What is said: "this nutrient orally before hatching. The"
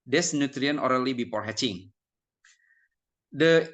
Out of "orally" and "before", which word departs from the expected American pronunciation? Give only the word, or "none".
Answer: before